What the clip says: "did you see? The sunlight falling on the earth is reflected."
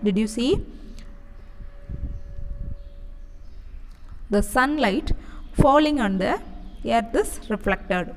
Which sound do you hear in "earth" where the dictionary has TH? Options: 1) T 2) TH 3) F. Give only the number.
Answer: 1